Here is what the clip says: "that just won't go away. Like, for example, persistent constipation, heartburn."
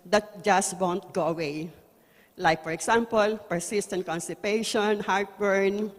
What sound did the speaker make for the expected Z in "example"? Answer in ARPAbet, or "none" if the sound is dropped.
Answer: S